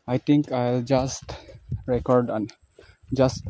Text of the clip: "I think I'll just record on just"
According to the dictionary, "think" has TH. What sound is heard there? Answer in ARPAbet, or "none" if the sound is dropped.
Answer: T